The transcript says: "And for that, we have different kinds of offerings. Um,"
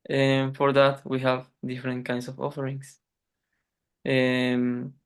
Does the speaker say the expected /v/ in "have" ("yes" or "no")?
yes